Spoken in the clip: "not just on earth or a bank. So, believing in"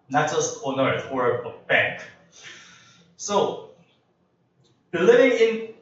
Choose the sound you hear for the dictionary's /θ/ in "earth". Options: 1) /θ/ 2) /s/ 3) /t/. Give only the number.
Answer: 3